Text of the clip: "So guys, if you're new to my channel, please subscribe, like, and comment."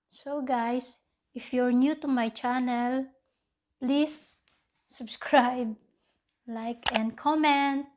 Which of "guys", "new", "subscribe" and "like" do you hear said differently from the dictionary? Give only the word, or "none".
guys